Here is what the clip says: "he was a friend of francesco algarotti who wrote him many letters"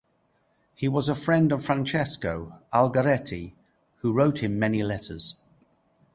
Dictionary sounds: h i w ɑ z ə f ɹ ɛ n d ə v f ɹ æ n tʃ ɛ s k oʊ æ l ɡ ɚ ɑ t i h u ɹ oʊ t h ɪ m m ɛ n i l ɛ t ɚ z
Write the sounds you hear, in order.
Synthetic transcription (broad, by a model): h i w ɑ z ə f ɹ ɛ n d ə v f ɹ æ n tʃ ɛ s k oʊ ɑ l ɡ ɚ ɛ t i h u ɹ oʊ t h ɪ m m ɛ n i l ɛ t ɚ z